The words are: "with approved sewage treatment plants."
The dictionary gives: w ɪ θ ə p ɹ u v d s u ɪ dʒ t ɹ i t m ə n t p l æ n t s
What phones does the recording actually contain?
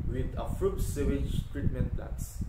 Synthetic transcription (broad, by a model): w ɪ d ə f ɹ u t s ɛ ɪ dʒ t ɹ i t m ə n t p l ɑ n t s